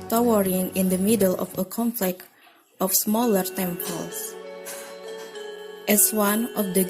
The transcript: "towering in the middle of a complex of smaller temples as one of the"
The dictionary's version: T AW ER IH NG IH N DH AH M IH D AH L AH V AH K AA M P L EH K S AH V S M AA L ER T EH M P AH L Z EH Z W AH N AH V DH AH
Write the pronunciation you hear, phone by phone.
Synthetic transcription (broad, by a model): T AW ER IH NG IH N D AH M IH D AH L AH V AH K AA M F L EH K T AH F S M AA L ER T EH M P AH L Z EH S W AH N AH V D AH